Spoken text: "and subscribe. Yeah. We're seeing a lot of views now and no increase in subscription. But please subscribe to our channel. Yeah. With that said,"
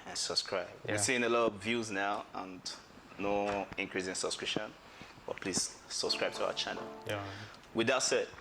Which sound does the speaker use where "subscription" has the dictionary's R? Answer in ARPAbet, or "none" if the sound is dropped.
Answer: R